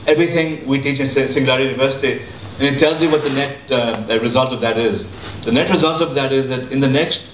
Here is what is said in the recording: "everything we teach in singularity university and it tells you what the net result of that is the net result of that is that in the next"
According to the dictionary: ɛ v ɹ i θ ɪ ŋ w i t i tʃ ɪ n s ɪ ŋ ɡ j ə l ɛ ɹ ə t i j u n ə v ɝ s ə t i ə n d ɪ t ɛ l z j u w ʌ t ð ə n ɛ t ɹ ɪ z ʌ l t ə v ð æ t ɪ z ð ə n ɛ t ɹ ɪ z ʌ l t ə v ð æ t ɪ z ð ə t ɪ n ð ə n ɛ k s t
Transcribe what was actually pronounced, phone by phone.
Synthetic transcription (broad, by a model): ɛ v ɹ i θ ɪ ŋ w i t i tʃ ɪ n s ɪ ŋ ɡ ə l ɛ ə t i j u n ə v ɝ s ə t i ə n ɪ t ɛ l z j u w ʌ t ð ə n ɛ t ɹ ɪ z ʌ l t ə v ð æ t ɪ z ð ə n ɛ t ɹ ɪ z ʌ l t ə v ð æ t ɪ z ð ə t ɪ n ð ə n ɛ k s t